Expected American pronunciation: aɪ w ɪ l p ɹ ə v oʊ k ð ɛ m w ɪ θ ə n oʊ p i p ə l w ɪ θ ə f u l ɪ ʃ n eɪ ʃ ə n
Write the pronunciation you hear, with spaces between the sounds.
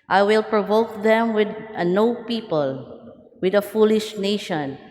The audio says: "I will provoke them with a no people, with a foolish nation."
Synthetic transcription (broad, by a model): aɪ w ɪ l p ɹ ə v oʊ k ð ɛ m w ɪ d ə n oʊ p i p ə l w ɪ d ə f u l ɪ ʃ n eɪ ʃ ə n